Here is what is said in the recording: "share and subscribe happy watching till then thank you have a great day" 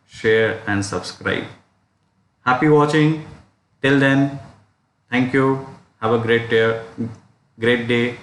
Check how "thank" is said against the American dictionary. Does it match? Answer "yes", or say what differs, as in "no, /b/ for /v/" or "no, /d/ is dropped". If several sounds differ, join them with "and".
no, /t/ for /θ/